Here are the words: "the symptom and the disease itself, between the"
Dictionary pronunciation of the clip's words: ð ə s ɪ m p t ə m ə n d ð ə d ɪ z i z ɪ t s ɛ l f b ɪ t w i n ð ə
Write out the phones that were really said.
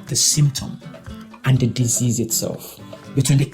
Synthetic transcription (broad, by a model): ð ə s ɪ m p t ə m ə n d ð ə d ɪ z i z ɪ t s ɛ l f b ɪ t w i n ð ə